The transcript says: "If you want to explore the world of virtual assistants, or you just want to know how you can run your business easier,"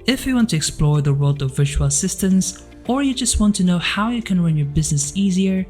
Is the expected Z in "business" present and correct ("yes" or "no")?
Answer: yes